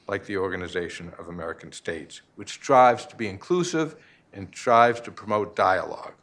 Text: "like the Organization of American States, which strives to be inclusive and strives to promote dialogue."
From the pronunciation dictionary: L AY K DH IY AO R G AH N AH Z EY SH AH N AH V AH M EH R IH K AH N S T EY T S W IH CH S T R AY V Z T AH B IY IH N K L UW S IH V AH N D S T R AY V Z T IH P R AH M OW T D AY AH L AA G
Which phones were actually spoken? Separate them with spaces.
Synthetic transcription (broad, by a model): L AY K DH IY AO R G AH N AH Z EY SH AH N AH V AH M EH R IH K N S T EY T S W IH CH S T R AY V Z T AH B IY IH N K L UW S IH V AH N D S T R AY V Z T IH P R AH M OW T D AY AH L AA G